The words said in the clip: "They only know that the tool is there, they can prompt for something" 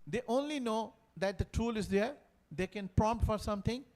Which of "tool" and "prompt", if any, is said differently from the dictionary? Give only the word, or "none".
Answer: none